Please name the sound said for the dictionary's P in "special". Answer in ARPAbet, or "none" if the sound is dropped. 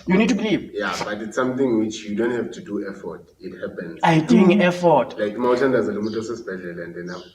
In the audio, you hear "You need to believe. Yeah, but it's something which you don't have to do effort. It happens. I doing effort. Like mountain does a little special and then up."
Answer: B